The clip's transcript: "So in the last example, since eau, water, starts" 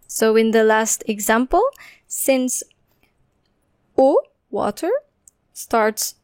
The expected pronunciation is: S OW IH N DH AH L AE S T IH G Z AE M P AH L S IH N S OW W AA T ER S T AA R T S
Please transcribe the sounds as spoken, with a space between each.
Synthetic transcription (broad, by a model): S OW IH N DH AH L AE S T IH G Z AE M P AH L S IH N S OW W AA T ER S T AA R T S